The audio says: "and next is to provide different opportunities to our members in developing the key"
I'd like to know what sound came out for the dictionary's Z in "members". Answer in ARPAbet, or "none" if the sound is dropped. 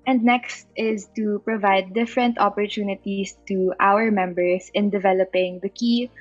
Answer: S